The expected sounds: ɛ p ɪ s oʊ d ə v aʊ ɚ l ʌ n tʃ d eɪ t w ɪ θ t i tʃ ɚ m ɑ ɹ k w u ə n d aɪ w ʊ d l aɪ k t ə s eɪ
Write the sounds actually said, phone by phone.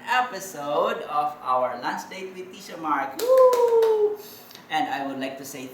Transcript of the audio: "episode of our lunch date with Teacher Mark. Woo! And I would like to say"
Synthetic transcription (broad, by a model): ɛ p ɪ s oʊ d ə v aʊ ɚ l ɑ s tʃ d eɪ t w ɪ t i ʃ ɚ m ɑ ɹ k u ə n d aɪ w ʊ d l aɪ k t ə s eɪ